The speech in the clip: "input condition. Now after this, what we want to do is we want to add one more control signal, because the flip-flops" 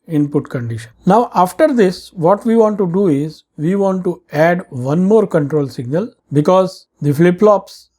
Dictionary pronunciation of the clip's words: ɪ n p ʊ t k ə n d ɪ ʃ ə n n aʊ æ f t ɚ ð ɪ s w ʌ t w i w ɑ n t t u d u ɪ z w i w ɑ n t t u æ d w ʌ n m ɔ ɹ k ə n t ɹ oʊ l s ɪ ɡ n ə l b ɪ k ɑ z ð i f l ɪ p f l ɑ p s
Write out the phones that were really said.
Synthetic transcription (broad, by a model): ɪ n p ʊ t k ə n d ɪ ʃ ə n n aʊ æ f t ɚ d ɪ s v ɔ t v i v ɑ n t t u d u ɪ z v i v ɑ n t t u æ d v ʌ n m ɔ ɹ k ə n t ɹ oʊ l s ɪ ɡ n ə l b ɪ k ɑ z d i f l ɪ p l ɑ p s